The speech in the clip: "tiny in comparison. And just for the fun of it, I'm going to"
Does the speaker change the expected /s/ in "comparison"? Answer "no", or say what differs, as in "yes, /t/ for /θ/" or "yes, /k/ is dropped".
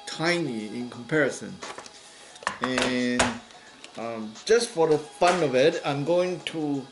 no